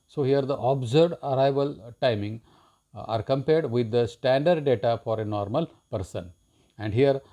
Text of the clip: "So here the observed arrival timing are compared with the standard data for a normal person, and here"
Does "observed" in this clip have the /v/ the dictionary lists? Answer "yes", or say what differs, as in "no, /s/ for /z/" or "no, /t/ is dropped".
no, /v/ is dropped